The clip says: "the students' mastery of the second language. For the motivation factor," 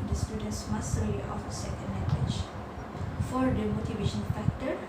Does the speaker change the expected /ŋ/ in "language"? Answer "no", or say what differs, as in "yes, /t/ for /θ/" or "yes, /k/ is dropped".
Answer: yes, /ŋ/ is dropped